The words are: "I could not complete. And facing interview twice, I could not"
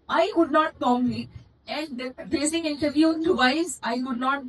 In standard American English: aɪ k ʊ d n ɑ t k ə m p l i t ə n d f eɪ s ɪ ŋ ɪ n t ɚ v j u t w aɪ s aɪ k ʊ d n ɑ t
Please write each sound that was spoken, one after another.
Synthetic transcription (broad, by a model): aɪ k ʊ d n ɑ t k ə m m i ə n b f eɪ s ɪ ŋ ɪ n t ɚ v j u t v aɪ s aɪ k ʊ d n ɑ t